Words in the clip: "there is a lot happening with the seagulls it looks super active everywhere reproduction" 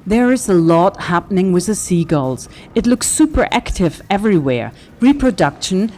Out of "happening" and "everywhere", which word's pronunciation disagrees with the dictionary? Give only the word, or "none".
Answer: none